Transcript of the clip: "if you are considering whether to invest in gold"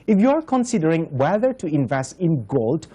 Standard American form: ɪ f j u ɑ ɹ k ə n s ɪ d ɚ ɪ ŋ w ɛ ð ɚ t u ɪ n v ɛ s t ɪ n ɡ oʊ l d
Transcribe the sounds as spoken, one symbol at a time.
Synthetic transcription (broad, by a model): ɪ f j u ɑ ɹ k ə n s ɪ d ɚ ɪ ŋ w ɛ ð ɚ t u ɪ n v ɛ s t ɪ n ɡ oʊ l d